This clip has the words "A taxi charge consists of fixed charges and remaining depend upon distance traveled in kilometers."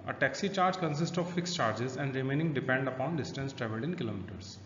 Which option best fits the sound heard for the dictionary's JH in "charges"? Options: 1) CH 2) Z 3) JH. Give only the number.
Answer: 3